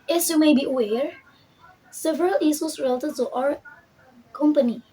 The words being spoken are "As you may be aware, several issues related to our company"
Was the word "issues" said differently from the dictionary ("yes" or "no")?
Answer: yes